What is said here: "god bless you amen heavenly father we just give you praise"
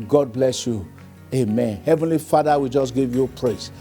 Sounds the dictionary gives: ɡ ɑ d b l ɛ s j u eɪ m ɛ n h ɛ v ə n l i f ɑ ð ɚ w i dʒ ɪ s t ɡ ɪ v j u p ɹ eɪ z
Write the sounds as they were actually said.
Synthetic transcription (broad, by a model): ɡ ɑ d b l ɛ s j u eɪ m ɛ n h ɛ v ə n l i f ɑ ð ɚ w i dʒ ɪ s ɡ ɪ v j u p ɹ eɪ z